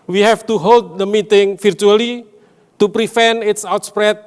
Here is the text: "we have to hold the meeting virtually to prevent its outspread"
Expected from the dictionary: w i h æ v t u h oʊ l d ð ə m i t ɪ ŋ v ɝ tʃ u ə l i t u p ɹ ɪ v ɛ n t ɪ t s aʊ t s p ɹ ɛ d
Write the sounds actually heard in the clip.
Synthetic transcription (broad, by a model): w i h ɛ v t u h oʊ l d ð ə m i t ɪ ŋ f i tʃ u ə l i t u p ɹ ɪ f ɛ n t ɪ t s aʊ t s p ɹ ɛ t